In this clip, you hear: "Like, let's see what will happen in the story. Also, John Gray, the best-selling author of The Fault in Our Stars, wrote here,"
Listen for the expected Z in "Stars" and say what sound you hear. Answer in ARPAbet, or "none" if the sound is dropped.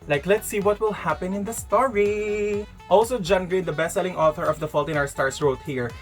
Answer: S